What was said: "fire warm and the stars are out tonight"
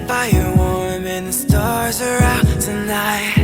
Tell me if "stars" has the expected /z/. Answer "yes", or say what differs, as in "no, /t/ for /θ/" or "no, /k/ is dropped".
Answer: yes